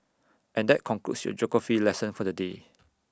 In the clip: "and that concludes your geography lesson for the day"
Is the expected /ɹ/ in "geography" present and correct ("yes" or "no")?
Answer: no